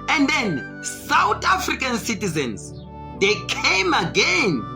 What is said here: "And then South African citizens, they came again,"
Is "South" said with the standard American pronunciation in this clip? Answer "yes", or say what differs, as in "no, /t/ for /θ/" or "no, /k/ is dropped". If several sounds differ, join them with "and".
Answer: no, /t/ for /θ/